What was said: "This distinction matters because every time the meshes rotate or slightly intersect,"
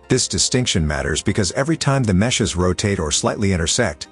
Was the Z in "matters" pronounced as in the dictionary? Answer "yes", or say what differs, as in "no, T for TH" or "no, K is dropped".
yes